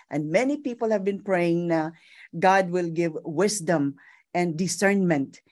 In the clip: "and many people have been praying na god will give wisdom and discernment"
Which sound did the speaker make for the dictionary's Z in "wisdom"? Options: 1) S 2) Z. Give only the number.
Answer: 1